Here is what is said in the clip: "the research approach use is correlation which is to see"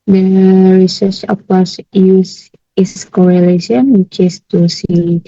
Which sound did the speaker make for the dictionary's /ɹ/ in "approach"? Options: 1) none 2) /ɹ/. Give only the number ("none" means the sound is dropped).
1